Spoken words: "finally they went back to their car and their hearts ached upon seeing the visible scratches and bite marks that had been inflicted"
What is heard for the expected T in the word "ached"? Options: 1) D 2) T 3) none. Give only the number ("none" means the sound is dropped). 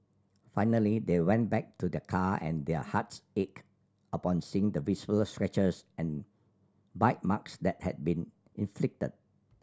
3